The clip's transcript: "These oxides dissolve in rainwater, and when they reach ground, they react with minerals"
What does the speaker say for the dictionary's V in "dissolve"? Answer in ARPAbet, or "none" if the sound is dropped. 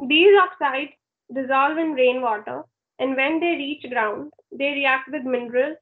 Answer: V